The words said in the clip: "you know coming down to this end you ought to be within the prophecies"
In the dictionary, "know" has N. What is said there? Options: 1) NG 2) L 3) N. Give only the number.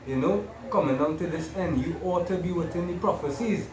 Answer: 3